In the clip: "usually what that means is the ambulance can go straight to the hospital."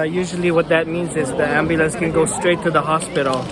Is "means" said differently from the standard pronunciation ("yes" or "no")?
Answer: no